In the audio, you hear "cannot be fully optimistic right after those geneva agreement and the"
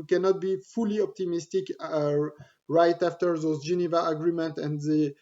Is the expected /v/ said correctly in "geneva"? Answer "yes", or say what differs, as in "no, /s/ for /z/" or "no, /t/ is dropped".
yes